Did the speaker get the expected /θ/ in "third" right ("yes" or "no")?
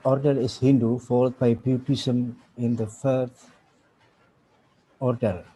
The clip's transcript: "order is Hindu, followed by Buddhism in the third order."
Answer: no